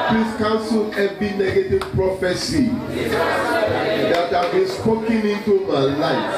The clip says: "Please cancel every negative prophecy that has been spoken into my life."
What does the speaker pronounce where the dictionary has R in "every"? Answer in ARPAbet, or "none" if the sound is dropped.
none